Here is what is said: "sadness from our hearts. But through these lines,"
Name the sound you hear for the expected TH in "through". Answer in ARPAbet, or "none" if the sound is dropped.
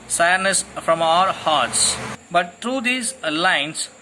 T